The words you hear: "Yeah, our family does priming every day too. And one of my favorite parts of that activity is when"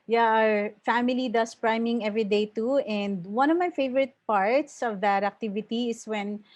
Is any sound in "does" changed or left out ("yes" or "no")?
yes